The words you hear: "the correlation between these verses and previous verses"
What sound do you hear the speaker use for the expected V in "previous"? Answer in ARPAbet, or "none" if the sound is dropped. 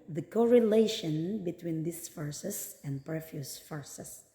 F